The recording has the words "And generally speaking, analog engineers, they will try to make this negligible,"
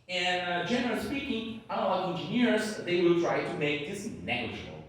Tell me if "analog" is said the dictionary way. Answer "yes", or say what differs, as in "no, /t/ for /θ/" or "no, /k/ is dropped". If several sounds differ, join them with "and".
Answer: no, /n/ is dropped and /l/ is dropped